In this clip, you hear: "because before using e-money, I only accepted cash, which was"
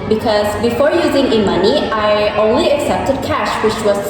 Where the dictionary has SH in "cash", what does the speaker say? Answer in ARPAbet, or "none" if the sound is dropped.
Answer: SH